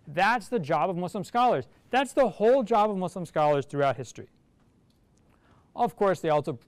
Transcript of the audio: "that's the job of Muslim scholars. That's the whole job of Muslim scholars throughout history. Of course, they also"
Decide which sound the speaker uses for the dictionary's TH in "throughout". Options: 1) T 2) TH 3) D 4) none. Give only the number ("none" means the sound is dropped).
2